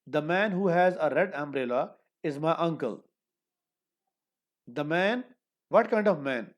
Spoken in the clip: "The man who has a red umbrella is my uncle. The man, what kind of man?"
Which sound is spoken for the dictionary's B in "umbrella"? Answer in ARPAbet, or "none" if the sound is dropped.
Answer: B